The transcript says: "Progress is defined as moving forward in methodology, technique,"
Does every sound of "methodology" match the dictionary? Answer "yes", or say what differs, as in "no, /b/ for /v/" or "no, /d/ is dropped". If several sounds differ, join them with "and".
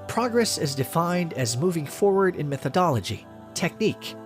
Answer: yes